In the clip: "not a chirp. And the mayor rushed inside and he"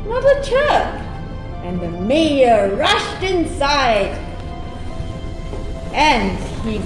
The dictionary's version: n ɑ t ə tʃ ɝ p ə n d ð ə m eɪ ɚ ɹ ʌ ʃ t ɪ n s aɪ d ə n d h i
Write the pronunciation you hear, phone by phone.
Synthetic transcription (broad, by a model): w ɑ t ə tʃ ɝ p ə n ð ə m eɪ ɚ ɹ ʌ ʃ t ɪ n s aɪ d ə n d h i